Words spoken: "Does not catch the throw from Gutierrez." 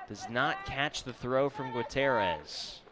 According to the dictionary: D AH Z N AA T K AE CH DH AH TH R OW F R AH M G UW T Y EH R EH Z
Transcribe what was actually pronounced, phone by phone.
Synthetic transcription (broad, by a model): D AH Z N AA T K AE CH DH AH TH R OW F R AH M G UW T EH R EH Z